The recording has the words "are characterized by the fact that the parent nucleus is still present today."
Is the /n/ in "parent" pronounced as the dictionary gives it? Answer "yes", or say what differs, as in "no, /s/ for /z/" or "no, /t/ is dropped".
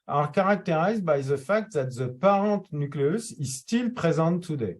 no, /n/ is dropped